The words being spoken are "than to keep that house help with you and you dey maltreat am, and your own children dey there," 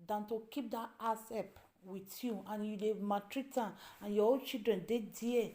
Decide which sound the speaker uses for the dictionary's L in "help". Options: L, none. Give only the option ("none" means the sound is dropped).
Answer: none